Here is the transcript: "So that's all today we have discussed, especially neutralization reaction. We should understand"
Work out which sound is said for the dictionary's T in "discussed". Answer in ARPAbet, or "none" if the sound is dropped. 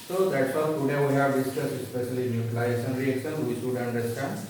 none